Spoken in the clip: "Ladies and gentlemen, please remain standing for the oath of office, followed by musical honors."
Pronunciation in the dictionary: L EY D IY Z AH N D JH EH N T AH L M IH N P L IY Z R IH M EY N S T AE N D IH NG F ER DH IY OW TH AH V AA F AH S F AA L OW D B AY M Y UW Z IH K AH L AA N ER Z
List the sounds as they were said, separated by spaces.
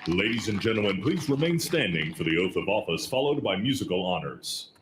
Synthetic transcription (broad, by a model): L EY D IY Z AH N JH EH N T L M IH N P L IY Z R IH M EY N S T AE N D IH NG F ER DH IY OW TH AH V AA F AH S F AA L OW D B AY M Y UW Z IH K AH L AA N ER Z